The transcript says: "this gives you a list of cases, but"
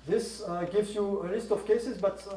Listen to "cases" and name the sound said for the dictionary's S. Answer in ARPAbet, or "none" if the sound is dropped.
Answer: S